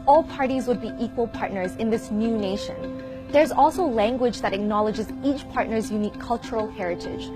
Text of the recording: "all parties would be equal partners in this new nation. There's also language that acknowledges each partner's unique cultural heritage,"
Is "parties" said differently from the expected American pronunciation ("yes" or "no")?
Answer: no